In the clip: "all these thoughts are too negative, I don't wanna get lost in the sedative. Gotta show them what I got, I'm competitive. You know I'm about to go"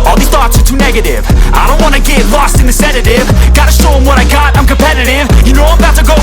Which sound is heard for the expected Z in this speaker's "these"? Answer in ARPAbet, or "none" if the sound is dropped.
none